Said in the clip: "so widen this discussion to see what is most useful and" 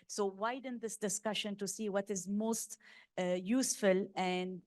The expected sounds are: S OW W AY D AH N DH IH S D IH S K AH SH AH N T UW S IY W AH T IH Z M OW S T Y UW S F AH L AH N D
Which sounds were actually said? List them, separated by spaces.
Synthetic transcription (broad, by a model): S OW W AY D AH N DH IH S D IH S K AH SH AH N T UW S IY W AH T IH Z M OW S T Y UW S F AH L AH N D